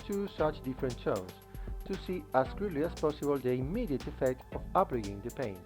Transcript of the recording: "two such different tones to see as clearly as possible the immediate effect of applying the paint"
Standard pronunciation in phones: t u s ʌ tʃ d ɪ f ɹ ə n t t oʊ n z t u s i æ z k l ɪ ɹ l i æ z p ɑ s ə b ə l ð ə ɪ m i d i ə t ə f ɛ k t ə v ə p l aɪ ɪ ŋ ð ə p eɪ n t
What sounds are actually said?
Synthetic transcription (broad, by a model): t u s ʌ tʃ d ɪ f ɹ ə n t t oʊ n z t u s i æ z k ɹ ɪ l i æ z p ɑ s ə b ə l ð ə ɪ m i d i ə t ə f ɛ k t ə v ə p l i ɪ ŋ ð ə p eɪ n